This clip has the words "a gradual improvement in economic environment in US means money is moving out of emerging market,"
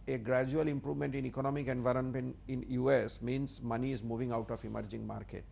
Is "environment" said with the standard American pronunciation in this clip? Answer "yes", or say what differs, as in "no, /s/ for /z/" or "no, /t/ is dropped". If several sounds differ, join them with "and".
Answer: no, /t/ is dropped